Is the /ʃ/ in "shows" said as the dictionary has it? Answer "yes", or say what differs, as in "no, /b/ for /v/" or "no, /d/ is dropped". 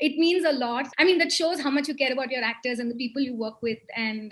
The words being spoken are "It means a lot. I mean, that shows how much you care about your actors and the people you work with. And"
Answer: yes